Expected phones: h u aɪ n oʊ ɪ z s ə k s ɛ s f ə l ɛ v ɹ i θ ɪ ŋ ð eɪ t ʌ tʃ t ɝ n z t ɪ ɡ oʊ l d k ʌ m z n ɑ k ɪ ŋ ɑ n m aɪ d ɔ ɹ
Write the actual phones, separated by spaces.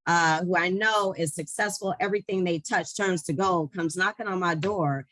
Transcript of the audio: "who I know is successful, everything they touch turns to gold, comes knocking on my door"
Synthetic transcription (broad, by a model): h u aɪ n oʊ ɪ z s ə k s ɛ s f l ɛ v ɹ i θ ɪ ŋ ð eɪ t ʌ tʃ t ɝ n z t ɪ ɡ oʊ k ʌ m z n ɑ k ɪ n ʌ n m aɪ d ɔ ɹ